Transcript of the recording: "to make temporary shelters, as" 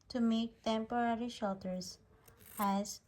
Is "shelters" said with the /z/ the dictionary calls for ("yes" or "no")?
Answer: no